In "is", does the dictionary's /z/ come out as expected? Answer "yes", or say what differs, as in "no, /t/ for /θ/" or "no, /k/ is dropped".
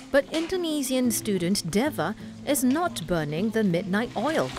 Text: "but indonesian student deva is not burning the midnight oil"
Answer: yes